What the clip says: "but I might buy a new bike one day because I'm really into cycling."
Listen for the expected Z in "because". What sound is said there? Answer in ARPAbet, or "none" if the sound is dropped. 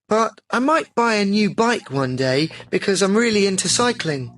Z